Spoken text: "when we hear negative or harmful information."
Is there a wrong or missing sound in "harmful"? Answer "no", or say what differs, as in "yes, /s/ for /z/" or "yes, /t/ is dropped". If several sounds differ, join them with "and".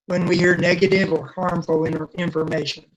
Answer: yes, /n/ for /l/